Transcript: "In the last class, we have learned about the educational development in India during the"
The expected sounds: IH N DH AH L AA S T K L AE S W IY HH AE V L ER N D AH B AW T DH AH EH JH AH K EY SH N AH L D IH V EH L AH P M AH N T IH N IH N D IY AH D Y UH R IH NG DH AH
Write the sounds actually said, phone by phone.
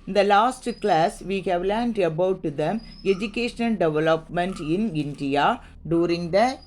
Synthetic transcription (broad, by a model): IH N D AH L AA S T K L AE S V IY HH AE V L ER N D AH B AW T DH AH EH JH AH K EY SH N AH L D IH V EH L AH P M AH N T IH N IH N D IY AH D Y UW R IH NG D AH